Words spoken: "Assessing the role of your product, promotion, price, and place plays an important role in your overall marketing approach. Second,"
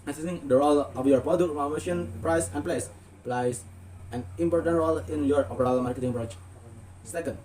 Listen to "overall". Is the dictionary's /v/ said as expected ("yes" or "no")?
no